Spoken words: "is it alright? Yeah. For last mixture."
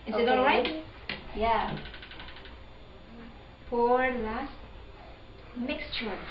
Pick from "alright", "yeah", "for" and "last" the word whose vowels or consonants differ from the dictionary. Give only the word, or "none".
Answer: for